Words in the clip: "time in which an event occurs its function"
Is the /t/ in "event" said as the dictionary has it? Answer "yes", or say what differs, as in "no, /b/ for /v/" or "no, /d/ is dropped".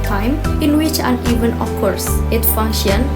no, /t/ is dropped